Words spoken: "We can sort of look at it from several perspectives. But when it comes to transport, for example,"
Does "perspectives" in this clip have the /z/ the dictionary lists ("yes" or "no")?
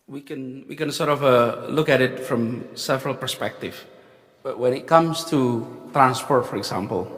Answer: no